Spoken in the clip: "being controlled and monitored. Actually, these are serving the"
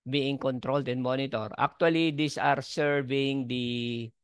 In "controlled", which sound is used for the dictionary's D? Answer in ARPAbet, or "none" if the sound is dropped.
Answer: D